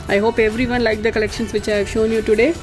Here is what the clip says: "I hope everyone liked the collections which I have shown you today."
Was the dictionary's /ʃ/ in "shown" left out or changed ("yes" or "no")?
no